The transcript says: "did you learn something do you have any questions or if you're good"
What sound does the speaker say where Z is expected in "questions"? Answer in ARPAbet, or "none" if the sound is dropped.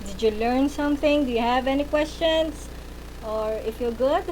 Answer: S